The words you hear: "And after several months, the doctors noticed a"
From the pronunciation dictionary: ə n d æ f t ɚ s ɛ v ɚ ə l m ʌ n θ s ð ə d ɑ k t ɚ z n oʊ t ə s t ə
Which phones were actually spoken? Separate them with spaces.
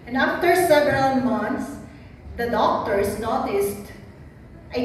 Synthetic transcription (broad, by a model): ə n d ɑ f t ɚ s ɛ v ɚ ə l m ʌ n t s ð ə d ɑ k t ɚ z n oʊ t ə s t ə